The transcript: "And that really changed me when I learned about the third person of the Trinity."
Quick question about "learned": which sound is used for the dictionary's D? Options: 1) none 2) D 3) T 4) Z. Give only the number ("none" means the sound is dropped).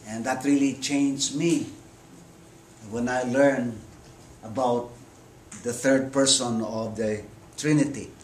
1